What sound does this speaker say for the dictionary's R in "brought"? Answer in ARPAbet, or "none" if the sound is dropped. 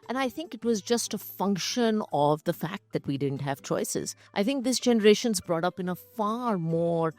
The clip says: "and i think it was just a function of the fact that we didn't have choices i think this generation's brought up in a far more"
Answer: R